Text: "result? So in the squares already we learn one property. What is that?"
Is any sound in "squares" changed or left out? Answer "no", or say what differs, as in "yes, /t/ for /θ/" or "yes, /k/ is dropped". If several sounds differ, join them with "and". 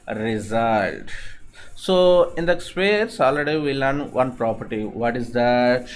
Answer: yes, /k/ is dropped and /s/ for /z/